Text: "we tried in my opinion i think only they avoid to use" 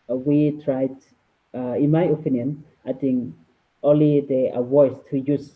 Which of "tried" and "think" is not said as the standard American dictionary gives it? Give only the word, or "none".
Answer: think